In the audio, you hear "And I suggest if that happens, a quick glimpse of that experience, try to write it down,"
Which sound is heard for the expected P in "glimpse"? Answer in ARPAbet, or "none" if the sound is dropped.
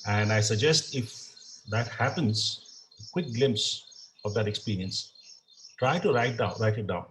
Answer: P